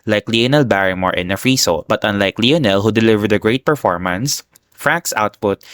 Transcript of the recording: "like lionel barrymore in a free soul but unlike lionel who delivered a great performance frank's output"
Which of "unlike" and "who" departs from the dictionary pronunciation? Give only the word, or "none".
none